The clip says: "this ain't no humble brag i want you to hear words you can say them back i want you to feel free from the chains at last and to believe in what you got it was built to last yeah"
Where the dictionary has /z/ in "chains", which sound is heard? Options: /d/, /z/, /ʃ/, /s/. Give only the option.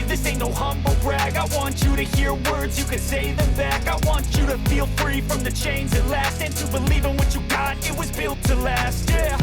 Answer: /z/